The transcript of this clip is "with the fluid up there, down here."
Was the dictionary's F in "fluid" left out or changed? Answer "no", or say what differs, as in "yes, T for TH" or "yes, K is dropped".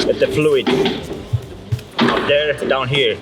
no